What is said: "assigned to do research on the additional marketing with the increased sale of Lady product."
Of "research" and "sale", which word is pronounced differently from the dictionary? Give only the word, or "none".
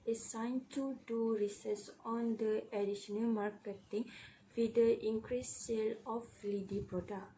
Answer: research